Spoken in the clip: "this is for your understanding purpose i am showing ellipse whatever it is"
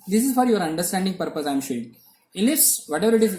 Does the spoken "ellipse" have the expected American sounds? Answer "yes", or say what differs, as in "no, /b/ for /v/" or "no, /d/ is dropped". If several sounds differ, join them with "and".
no, /p/ is dropped